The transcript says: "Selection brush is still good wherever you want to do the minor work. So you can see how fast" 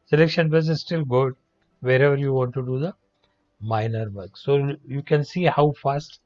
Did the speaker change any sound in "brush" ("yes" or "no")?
yes